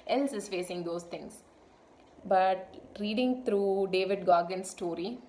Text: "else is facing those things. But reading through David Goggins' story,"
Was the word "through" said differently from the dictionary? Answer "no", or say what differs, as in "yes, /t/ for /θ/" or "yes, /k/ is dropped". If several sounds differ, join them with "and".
yes, /t/ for /θ/